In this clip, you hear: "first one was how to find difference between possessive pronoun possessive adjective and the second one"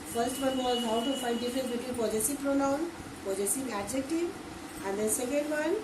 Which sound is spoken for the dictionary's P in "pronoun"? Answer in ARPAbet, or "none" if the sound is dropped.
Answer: P